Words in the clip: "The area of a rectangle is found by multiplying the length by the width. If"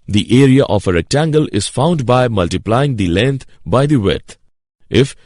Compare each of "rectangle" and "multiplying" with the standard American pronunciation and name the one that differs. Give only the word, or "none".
none